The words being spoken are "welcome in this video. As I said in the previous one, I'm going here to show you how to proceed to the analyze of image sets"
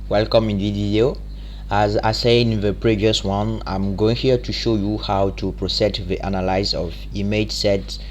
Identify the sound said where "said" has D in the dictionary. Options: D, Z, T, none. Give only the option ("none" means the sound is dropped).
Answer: none